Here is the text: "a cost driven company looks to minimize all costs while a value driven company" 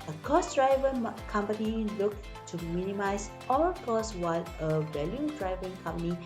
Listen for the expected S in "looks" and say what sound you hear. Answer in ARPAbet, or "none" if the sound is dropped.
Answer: none